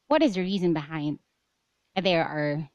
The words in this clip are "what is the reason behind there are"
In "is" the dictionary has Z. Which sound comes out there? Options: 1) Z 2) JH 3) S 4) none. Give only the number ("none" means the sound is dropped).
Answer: 1